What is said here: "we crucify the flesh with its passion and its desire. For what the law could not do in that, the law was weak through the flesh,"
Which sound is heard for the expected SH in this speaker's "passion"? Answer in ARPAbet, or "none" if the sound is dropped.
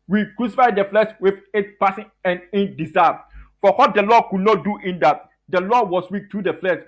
S